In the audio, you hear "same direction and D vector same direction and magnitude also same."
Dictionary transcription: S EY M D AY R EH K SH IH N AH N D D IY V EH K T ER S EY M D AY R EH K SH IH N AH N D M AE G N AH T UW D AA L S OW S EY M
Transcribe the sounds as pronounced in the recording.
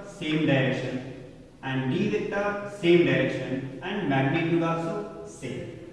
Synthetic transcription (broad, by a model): S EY M D AY R EH K SH IH N AH N D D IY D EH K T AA S EY M D AY R EH K SH IH N AH N D M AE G N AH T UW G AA S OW S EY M